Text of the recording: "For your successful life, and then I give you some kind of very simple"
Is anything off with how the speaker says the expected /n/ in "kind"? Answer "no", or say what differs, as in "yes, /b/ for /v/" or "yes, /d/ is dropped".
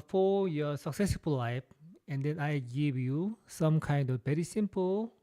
no